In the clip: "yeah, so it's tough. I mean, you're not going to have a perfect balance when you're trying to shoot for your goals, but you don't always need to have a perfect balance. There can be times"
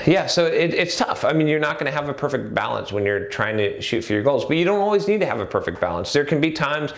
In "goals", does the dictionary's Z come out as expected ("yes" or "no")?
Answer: yes